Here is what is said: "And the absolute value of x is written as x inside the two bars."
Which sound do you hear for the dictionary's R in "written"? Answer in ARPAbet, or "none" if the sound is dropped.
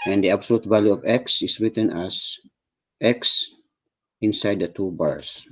R